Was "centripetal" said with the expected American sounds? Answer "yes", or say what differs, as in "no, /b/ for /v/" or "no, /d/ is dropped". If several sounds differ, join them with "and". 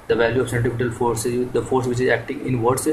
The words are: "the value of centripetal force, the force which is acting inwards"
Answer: no, /ɹ/ is dropped